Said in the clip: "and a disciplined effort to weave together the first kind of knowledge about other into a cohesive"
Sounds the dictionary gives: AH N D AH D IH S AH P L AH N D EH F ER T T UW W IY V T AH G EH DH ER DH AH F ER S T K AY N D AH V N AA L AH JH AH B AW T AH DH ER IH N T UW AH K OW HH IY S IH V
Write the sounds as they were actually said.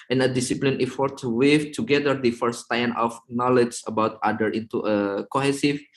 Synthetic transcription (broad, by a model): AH N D AH D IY S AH P L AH N EH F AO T T UW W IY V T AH G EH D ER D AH F ER S T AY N AH F N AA L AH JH AH B AW T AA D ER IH N T UW AH K OW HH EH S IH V